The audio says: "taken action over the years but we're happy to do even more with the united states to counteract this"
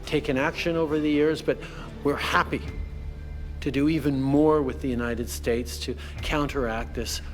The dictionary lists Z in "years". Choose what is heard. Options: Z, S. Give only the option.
Z